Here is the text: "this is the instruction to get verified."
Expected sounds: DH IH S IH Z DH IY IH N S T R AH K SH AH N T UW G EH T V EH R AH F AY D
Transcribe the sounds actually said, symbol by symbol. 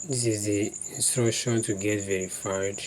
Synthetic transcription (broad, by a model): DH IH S IH Z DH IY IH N S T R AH SH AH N T UW G EH T V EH R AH F AY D